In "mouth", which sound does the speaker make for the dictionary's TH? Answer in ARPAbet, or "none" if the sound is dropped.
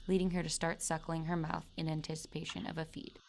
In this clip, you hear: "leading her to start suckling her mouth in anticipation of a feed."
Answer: TH